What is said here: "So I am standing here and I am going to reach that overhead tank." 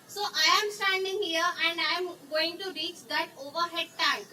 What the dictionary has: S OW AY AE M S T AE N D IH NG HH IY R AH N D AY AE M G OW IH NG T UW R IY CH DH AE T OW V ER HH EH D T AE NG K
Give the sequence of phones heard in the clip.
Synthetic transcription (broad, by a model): S OW AY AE M S T AE N D IH NG HH IY R AH N D AY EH M G OW IH NG T UW R IY CH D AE T OW V ER HH EH D T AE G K